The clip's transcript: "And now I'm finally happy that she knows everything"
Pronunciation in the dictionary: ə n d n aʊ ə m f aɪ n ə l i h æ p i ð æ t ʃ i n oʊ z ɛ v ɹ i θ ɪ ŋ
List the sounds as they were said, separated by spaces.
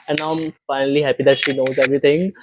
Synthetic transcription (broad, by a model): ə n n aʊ ə m f aɪ n ə l i h æ p i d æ t ʃ i n oʊ z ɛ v ɹ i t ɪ ŋ